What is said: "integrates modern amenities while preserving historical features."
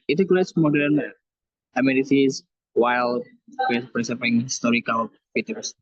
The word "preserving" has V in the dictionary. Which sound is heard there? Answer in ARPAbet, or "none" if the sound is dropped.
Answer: P